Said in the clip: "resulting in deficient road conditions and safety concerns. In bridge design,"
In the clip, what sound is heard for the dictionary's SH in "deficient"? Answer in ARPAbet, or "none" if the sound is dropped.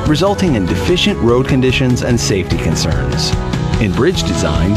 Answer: SH